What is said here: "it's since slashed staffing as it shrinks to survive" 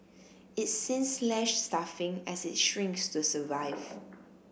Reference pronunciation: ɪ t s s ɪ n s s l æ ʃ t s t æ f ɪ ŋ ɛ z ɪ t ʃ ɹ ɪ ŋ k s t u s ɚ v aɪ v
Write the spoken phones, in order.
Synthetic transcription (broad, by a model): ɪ t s s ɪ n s s l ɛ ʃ s t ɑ f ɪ ŋ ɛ s ɪ t ʃ ɹ ɪ ŋ k s t u s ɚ v aɪ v